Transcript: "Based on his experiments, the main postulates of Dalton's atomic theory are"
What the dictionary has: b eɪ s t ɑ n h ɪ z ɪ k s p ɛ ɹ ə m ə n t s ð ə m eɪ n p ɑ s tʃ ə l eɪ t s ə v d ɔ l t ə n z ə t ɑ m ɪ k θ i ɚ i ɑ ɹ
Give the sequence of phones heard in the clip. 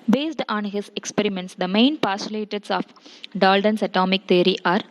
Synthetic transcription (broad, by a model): b eɪ s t ɑ n h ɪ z ɪ k s p ɛ ɹ ə m ə n t s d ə m eɪ n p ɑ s ə l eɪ t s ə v d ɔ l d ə n s ə t ɑ m ɪ k t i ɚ i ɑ ɹ